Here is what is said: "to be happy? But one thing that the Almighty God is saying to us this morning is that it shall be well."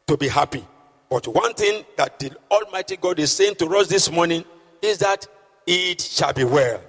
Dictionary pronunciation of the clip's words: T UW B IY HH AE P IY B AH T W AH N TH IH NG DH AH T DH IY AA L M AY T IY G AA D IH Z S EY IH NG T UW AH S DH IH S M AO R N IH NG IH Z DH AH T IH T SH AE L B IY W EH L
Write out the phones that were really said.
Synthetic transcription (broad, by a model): T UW B IY HH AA P IY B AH T W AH N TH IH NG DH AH T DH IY AA L M AY T IY G AA D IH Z S EY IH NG T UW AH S DH IH S M AO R N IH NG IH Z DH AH T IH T SH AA L B IY W EH L